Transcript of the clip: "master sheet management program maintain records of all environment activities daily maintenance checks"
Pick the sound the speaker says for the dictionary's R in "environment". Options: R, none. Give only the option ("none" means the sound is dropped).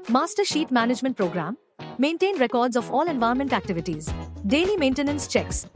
none